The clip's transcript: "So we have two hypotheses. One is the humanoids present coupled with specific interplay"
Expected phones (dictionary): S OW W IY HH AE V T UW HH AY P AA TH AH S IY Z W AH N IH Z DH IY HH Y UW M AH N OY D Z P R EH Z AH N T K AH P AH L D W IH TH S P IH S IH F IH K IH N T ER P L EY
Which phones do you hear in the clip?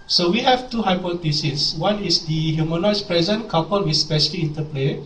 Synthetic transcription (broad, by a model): S OW W IY HH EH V T UW HH AY P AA T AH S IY S W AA N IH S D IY HH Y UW M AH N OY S P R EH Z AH N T K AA P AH L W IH S P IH SH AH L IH IH N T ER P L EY